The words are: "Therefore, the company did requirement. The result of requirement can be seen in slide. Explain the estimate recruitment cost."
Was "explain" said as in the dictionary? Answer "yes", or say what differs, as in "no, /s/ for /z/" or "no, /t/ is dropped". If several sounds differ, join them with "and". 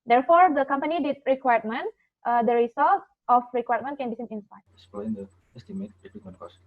no, /k/ is dropped